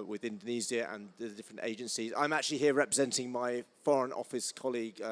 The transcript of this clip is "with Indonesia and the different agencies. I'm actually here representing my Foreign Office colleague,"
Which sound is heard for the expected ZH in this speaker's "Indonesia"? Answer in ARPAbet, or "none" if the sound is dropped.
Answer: Z